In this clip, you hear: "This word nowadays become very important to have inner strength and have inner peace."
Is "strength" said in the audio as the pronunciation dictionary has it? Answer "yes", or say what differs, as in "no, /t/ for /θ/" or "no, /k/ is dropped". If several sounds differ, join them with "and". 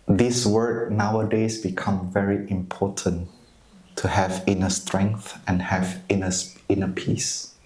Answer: yes